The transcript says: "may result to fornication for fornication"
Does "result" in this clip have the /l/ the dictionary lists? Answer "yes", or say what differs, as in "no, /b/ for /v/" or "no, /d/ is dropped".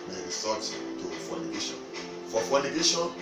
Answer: no, /l/ is dropped